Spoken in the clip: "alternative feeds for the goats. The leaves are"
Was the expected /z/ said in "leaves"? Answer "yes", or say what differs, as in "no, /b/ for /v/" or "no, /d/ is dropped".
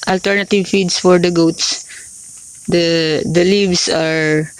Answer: no, /s/ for /z/